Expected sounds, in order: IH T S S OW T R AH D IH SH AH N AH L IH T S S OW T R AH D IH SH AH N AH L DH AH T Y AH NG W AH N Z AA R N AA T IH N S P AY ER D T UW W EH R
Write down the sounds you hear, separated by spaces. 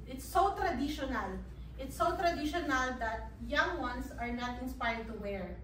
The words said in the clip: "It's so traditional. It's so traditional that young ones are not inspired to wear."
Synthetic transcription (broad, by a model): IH T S S OW T R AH D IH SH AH N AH L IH T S S OW T R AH D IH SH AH N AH L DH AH T Y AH NG W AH N S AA R N AA T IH N S P AY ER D T UW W EH R